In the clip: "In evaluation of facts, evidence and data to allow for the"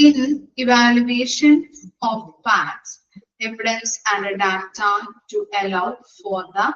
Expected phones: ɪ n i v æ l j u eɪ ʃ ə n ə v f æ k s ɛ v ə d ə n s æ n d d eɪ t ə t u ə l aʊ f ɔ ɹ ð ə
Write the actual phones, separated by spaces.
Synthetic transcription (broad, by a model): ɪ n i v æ l j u eɪ ʃ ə n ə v p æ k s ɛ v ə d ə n s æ n d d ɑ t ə t u ə l aʊ f ɔ ɹ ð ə